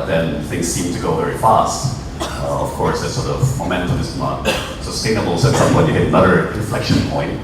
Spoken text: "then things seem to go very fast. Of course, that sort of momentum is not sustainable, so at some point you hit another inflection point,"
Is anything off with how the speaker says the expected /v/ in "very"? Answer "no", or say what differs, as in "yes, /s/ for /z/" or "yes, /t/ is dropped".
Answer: no